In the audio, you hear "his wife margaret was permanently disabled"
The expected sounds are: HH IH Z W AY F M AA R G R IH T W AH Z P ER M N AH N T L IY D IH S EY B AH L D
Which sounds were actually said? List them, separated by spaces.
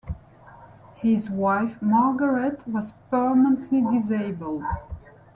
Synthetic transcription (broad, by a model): HH IH Z W AY F M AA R G R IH T W AH Z P ER M AH N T L IY D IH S EY B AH L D